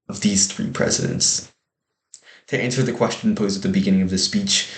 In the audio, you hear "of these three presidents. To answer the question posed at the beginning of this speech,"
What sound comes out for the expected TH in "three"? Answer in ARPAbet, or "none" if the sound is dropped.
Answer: TH